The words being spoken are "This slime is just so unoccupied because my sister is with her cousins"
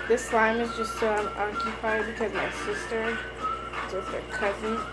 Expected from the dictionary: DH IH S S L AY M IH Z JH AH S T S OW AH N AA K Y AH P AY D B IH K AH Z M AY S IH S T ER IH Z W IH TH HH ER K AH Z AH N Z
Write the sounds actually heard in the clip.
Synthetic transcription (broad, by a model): DH IH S S L AY M IH Z JH AH S T S OW AH N AA K Y AH P AY D B IH K AH Z M AY S IH S T ER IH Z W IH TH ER K AH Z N